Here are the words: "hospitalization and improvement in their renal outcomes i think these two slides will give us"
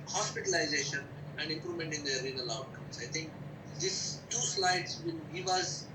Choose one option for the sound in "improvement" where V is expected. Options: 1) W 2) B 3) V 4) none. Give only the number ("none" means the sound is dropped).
4